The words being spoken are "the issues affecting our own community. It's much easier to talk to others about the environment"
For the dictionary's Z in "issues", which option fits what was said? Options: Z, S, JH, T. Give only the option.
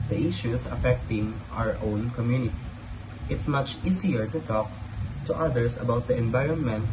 S